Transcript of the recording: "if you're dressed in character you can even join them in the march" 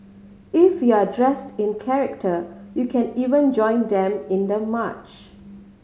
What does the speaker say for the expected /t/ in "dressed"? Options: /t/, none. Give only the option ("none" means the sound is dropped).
/t/